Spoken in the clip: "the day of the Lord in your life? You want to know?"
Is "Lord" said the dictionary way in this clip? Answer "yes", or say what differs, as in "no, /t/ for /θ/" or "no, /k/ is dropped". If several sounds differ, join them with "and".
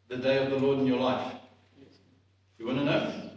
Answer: yes